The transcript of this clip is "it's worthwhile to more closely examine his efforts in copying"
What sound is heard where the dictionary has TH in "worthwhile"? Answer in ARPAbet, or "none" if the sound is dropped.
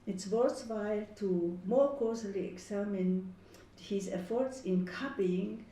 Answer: S